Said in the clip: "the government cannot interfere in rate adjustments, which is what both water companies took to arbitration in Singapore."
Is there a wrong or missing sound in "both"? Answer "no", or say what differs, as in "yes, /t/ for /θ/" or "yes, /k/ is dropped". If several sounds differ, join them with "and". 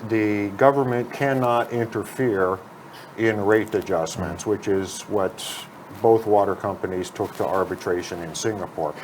no